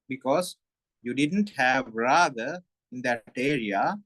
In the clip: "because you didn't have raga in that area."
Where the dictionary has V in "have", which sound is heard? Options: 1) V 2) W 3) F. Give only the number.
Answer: 1